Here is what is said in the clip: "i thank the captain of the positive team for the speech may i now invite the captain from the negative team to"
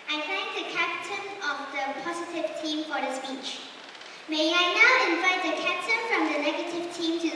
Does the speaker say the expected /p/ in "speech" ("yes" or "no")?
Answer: yes